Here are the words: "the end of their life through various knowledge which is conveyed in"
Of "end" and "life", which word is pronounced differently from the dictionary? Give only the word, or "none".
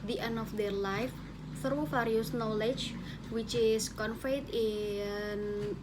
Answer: end